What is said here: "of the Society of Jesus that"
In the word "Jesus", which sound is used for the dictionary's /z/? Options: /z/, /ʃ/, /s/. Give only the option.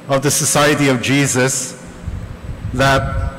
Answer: /z/